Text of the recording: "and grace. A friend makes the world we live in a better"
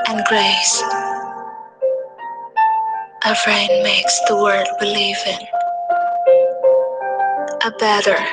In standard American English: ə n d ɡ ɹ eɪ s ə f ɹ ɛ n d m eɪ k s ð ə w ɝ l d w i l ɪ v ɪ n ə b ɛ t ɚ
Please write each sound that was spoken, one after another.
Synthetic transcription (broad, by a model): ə n ɡ ɹ eɪ s ə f ɹ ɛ n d m eɪ k s ð ə w ɝ d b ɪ l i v ɪ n ə b ɛ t ɚ